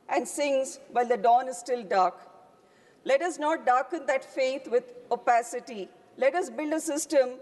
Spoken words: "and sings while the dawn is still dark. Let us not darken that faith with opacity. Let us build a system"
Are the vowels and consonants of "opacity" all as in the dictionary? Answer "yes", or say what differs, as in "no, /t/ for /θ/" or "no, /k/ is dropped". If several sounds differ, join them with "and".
yes